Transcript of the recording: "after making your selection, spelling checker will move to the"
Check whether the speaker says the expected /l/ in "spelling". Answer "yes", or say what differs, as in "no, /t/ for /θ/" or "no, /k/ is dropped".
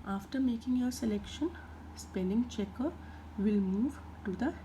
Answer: no, /n/ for /l/